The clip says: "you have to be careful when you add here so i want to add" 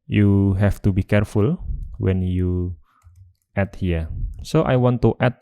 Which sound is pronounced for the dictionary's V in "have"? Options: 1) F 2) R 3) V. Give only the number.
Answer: 1